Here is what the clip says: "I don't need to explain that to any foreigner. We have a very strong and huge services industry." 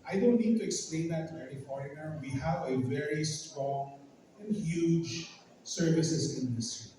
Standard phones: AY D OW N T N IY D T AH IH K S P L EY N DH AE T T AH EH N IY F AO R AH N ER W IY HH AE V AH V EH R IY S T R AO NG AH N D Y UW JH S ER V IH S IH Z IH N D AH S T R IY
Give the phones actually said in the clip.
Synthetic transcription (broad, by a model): AY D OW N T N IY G T AH IH K S P L EY N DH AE T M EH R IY F AO R AH N ER W IY HH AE V AH V EH R IY S T R AO NG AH N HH Y UW JH S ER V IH S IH S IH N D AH S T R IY